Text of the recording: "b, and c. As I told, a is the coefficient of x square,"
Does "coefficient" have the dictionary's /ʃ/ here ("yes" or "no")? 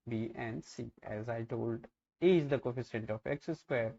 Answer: no